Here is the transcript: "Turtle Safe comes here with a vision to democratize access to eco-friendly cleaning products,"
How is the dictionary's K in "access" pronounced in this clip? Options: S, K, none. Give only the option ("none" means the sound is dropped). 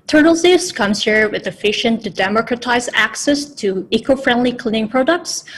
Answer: K